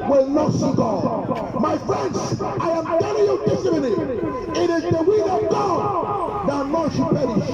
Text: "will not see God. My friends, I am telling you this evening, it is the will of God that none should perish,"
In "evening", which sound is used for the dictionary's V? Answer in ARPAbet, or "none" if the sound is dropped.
none